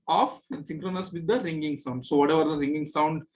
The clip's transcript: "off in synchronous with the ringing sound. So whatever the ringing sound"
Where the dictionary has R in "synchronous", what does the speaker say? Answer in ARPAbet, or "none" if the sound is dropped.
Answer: R